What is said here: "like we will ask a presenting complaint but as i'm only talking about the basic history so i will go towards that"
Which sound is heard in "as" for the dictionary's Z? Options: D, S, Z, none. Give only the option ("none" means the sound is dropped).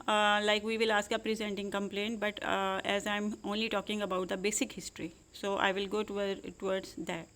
Z